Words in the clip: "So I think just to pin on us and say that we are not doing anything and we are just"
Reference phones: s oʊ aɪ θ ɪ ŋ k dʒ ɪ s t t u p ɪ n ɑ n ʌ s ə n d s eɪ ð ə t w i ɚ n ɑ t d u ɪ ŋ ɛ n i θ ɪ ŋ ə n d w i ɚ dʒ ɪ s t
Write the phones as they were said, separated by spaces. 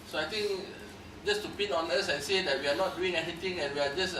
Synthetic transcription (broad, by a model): s oʊ aɪ t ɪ ŋ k dʒ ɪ s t t u p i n ɑ n ʌ s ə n s eɪ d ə t w i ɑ n ɑ t d u ɪ ŋ ɛ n i t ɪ ŋ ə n w i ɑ dʒ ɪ s